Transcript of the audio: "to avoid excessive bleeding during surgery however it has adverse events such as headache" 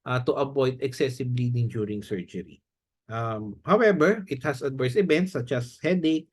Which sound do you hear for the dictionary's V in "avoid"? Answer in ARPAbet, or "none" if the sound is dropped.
B